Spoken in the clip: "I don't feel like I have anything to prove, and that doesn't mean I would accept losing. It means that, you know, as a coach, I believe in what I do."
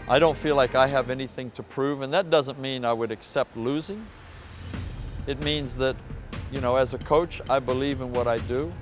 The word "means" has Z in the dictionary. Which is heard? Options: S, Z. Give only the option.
Z